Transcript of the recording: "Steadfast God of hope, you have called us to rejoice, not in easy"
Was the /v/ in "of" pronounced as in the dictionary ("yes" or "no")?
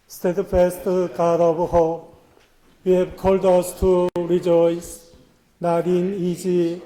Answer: no